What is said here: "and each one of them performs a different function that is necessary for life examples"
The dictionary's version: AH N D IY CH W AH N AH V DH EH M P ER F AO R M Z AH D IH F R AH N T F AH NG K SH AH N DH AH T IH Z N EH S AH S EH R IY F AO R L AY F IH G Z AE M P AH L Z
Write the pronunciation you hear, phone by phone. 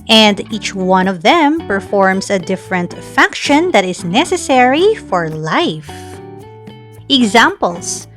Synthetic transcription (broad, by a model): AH N D IY CH W AH N AH V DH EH M P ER F AO R M S AH D IH F R AH N T F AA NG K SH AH N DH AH T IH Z N EH S AH S EH R IY F AO R L AY F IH G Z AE M P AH L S